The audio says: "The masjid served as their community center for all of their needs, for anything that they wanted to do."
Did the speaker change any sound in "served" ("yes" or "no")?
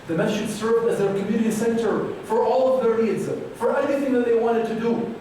no